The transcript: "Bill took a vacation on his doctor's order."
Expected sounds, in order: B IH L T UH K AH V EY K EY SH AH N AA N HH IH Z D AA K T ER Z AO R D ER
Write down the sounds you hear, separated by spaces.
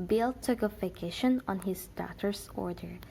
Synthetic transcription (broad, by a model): B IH L T UH K AH F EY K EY SH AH N AA N HH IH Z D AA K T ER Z AO R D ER